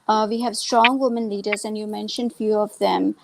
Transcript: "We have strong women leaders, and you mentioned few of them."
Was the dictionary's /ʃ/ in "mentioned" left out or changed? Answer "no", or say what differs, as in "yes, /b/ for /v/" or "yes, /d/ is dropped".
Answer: no